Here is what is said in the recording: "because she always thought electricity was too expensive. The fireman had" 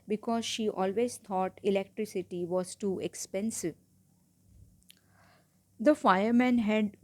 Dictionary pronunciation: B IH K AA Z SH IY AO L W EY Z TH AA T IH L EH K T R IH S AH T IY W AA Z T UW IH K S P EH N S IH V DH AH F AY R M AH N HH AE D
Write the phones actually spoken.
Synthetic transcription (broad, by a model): B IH K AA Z SH IY AO L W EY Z T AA T IH L EH K T R IH S AH T IY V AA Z T UW IH K S P EH N S IH V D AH F AY R M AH N HH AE D